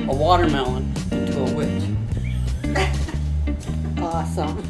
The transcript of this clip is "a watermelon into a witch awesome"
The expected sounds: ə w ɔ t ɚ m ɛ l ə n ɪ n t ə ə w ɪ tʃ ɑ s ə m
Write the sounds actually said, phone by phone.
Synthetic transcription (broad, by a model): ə w ɔ t ɚ m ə ɪ n t ə ə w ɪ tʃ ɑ s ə m